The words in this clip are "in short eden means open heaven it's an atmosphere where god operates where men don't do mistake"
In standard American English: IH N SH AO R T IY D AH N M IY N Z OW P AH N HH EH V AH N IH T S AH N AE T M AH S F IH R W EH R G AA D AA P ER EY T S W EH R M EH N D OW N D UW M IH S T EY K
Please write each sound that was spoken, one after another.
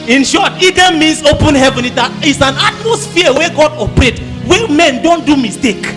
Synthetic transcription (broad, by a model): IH N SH AO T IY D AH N M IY N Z OW P AH N HH EH V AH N IH T S AH N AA T M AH S F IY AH W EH G AA D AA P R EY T W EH M EH N D OW N D UW M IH S T EY K